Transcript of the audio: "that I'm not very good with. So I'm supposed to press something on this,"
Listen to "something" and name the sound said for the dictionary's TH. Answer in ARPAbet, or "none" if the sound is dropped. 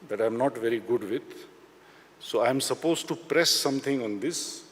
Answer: T